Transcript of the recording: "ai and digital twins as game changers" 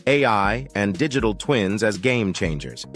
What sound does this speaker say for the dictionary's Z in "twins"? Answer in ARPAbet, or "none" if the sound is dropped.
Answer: Z